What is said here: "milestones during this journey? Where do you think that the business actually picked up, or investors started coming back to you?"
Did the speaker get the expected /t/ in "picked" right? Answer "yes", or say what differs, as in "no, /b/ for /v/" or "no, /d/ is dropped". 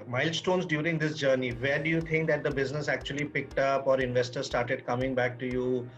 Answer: yes